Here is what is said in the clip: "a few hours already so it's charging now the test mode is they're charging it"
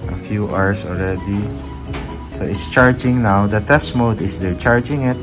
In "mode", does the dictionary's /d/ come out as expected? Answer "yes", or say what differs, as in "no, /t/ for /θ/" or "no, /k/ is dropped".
yes